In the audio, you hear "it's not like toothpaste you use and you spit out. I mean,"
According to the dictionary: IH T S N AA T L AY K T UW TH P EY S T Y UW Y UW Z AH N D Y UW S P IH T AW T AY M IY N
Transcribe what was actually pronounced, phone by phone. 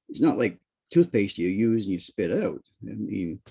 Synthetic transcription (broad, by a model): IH T S N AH T L AY K T UW TH P EY S T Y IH Y UW Z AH N Y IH S P IH T AW T AY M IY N